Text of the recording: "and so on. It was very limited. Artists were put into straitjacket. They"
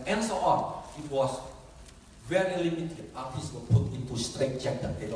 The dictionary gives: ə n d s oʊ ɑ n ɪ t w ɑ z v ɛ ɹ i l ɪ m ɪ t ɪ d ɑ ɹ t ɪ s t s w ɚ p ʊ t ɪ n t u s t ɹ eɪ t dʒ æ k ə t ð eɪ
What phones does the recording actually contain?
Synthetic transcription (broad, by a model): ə n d s oʊ ɑ n ɪ t w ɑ s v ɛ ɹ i l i m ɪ t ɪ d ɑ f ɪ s s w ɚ p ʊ t ɪ n t u s t ɹ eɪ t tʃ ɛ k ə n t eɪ